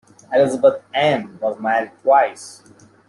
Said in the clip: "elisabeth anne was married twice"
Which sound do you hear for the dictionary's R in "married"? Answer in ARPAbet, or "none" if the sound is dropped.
none